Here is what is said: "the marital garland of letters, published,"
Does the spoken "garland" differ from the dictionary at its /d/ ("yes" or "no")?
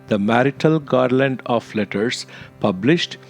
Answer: no